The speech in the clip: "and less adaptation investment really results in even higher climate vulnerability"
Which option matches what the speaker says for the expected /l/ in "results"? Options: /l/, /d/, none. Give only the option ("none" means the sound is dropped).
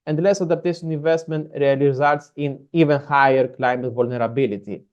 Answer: none